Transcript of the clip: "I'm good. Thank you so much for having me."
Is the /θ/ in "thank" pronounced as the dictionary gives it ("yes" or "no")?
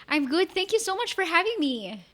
yes